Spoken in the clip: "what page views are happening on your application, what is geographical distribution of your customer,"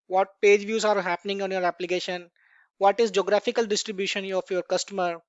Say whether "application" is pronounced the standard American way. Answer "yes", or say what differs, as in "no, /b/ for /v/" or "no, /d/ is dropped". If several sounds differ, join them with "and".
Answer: yes